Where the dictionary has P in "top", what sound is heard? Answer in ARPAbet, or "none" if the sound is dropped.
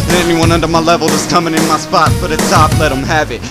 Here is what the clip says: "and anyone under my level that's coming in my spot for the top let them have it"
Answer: F